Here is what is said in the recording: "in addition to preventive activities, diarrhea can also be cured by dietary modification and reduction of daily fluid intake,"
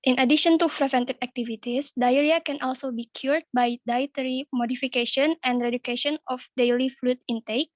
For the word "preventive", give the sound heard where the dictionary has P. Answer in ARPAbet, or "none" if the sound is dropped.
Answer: F